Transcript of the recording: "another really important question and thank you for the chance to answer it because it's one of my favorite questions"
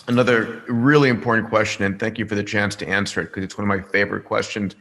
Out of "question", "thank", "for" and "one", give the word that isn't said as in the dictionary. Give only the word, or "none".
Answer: none